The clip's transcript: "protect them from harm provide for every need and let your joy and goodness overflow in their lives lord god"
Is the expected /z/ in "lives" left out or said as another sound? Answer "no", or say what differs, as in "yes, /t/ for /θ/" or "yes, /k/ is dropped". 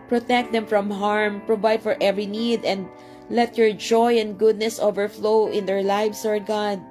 yes, /s/ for /z/